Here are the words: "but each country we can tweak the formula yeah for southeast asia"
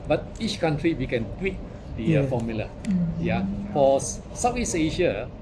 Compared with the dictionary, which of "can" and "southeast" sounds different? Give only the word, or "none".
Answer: southeast